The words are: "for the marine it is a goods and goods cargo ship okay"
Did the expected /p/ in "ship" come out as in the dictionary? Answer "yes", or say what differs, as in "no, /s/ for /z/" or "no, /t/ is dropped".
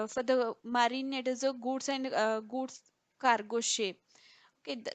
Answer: no, /p/ is dropped